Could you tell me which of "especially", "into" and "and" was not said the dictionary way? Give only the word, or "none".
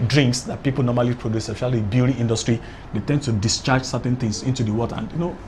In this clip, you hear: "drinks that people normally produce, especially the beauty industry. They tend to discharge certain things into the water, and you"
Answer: especially